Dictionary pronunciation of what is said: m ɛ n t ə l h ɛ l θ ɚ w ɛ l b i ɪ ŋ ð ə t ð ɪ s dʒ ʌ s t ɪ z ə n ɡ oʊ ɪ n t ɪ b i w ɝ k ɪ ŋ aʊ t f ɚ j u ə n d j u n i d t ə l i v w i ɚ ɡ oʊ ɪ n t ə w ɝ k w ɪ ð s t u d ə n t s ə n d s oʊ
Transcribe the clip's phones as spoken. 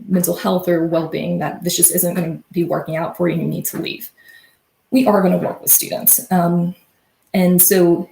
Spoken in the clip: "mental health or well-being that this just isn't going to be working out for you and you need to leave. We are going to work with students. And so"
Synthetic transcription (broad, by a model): m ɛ n t l h ɛ l θ ɚ w ɛ l b i ɪ ŋ ð ə t ð ɪ s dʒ ʌ s t ɪ z ə n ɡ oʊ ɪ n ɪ b i w ɝ k ɪ ŋ aʊ t f ɚ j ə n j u n i d t ə l i v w i ɚ ɡ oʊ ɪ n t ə w ɝ k w ɪ ð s t u d n t s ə n s oʊ